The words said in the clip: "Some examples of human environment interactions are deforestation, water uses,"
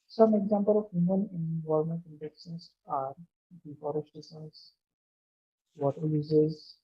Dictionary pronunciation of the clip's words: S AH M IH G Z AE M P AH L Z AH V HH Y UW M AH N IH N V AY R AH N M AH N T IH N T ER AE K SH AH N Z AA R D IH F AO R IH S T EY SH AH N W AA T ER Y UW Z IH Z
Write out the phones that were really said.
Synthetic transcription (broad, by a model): S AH M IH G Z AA M P AH L AH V HH Y UW M AH N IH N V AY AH L M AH N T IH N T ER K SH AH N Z AA R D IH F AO R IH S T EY S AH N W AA T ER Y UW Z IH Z